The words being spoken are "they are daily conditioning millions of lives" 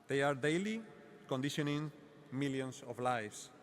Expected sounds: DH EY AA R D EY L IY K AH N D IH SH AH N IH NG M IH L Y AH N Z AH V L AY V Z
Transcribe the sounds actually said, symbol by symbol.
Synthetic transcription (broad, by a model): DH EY AA R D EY L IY K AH N D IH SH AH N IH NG M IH L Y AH N S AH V L AY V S